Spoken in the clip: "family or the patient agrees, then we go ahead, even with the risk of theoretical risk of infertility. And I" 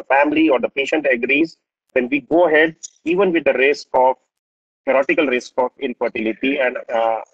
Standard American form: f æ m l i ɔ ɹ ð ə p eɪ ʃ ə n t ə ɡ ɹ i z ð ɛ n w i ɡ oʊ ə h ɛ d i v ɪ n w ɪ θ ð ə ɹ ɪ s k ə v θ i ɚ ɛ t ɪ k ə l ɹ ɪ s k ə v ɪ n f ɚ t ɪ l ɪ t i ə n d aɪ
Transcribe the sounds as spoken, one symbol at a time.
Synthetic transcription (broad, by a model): f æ m l i ɔ ɹ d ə p eɪ ʃ ə n t ə ɡ ɹ i z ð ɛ n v i ɡ oʊ ə h ɛ d i v ɪ n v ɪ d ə ɹ ɪ s k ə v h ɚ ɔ t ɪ k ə l ɹ ɪ s k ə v ɪ n f ɚ t ɪ l ɪ t i ə n d